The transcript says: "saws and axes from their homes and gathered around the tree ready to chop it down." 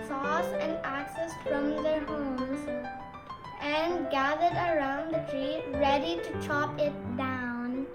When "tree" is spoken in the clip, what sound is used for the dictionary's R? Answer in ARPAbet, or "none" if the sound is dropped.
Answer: R